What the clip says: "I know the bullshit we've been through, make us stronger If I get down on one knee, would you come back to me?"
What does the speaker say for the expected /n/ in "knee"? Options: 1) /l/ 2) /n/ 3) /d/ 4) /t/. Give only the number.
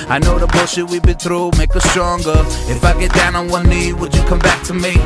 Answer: 2